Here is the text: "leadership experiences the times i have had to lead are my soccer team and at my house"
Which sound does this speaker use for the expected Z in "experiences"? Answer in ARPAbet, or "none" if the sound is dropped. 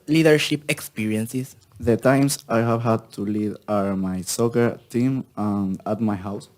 S